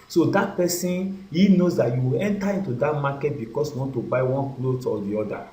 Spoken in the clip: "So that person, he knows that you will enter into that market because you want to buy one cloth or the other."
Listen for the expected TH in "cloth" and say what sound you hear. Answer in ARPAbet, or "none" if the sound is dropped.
T